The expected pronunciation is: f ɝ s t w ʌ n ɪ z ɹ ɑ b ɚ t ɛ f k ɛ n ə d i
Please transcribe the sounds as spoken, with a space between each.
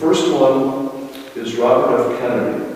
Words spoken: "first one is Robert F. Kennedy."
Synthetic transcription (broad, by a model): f ɝ s t w ʌ n ɪ z ɹ ɑ b ɚ t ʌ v k ɛ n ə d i